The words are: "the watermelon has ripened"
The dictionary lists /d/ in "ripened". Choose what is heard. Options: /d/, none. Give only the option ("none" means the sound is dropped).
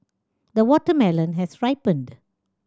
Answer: /d/